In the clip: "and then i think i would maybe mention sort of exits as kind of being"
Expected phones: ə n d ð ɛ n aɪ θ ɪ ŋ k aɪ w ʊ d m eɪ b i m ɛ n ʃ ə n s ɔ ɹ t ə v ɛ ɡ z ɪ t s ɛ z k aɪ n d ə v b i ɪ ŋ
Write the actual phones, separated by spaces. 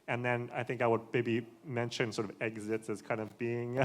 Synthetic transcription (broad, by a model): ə n ð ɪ n aɪ θ ɪ ŋ k aɪ w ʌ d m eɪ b i m ɛ n ʃ ə n s ɔ ɹ t ə v ɛ ɡ z ɪ t s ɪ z k aɪ n d ə v b i ɪ ŋ